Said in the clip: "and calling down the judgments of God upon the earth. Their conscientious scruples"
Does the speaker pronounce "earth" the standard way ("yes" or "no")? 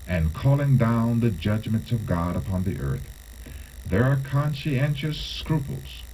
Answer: yes